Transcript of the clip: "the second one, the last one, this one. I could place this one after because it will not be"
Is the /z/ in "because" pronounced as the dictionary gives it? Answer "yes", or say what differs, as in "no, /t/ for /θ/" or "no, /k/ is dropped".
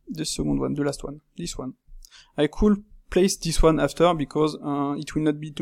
yes